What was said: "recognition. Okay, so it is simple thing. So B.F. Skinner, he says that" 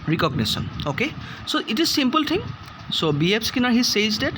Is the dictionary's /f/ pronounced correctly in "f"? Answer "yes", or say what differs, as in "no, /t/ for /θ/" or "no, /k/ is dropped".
no, /p/ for /f/